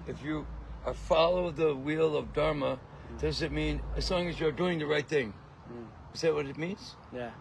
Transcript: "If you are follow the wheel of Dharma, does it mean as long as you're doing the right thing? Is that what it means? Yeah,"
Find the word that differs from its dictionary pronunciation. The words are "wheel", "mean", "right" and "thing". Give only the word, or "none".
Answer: none